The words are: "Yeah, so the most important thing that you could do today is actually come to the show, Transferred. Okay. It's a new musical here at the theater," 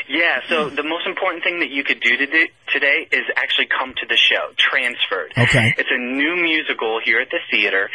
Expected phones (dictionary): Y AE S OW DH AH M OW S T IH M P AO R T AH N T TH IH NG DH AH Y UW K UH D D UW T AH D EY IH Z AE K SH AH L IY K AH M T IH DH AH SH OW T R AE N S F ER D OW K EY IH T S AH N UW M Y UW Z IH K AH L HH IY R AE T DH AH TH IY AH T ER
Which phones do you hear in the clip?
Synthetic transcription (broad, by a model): Y AE S OW DH AH M OW S T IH M P AO R T N TH IH NG DH AH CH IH K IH D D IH T AH D EY IH Z AE K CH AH L IY K AH M T IH DH AH SH OW T R AE N S F ER D OW K EY IH T S AH N UW M Y UW Z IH K L HH IY R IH T DH AH TH IY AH T ER